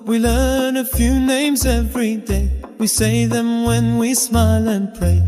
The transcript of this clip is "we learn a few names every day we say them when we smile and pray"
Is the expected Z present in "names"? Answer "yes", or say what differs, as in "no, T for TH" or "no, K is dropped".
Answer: yes